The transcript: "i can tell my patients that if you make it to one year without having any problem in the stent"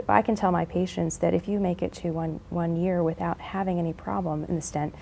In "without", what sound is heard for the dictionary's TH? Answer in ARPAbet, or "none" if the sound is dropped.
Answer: TH